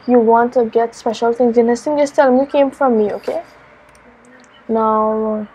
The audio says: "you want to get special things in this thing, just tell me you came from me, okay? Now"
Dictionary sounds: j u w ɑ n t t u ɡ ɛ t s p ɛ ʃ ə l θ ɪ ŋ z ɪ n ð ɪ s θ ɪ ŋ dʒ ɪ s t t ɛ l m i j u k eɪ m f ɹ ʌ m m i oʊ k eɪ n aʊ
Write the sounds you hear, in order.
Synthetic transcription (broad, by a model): j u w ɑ n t t u ɡ ɛ t s p ɛ ʃ ə l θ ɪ ŋ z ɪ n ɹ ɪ s t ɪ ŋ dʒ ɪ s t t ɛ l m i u k eɪ m f ɹ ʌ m m i oʊ k eɪ n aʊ